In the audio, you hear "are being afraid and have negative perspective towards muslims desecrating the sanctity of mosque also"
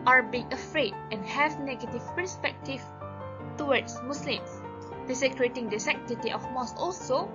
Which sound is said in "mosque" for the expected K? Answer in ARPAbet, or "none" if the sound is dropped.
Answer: none